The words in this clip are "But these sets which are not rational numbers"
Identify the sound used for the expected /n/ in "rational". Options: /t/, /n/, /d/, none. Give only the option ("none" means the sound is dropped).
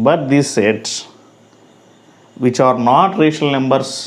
none